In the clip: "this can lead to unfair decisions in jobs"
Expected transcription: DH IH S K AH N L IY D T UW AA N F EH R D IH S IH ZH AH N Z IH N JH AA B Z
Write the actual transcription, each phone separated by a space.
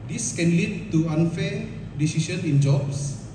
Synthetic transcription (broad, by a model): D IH S K AH N L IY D T UW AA N F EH D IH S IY S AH N IH N JH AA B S